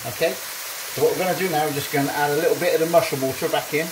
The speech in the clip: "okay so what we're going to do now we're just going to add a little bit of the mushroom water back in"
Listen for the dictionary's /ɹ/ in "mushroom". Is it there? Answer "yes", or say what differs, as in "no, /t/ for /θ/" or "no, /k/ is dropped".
no, /ɹ/ is dropped